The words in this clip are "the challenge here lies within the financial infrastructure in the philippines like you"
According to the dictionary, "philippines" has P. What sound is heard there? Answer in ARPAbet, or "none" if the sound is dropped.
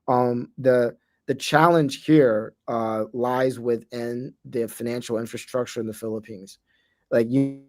P